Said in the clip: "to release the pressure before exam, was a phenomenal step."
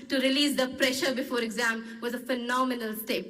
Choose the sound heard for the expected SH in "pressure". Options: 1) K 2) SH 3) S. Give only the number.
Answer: 2